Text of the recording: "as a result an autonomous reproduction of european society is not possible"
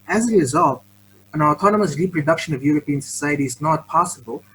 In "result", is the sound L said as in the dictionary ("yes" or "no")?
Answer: yes